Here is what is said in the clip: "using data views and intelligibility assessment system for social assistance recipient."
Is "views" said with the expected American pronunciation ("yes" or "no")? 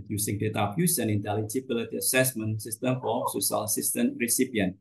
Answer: no